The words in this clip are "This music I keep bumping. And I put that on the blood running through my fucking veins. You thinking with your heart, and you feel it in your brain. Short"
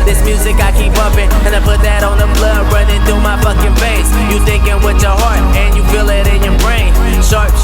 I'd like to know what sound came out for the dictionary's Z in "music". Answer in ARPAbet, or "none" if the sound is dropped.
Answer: Z